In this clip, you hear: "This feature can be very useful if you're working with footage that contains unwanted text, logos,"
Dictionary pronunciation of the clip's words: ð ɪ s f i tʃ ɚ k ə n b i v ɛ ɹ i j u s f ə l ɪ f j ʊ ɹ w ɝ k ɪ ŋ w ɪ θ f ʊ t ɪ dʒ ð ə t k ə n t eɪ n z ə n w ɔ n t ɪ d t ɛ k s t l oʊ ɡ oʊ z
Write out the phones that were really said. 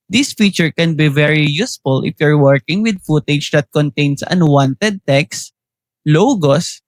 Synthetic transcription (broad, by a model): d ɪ s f i tʃ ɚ k ə n b i v ɛ ɹ i j u s f ə l ɪ f j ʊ ɹ w ɝ k ɪ ŋ w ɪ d f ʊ t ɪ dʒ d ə t k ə n t eɪ n s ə n w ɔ n t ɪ d t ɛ k s l oʊ ɡ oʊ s